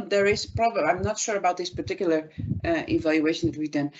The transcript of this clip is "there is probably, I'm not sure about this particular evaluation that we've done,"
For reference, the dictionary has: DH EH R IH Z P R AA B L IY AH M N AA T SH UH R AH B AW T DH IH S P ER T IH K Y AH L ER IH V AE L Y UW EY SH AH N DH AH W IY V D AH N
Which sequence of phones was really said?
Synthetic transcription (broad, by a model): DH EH R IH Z P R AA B IY AH M N AA T SH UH R AH B AW T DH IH S P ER T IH K Y L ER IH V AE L Y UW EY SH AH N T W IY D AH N